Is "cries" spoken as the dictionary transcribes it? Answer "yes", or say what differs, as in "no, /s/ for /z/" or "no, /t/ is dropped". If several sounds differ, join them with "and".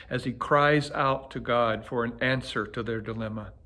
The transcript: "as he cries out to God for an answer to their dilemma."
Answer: yes